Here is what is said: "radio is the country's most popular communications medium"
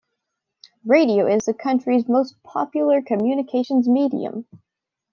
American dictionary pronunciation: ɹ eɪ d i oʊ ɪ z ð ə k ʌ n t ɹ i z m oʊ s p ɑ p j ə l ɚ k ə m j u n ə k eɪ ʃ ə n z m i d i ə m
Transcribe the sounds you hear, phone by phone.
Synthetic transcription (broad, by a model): ɹ eɪ d i oʊ ɪ z ð ə k ʌ n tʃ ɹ i z m oʊ s p ɑ p j l ɚ k ə m j u n ə k eɪ ʃ ə n z m i d i ə m